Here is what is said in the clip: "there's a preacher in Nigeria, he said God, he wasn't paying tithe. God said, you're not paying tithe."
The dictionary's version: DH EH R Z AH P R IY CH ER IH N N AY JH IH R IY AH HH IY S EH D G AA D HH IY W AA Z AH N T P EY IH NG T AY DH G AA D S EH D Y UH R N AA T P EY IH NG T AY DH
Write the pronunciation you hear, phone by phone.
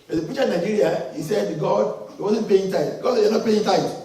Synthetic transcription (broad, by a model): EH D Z AH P IY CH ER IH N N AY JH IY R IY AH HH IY S EH D G AA D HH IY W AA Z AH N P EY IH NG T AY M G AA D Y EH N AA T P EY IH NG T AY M